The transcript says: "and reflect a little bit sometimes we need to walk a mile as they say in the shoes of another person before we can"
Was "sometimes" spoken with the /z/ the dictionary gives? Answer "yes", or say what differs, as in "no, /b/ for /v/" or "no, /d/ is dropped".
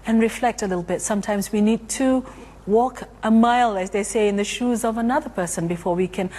yes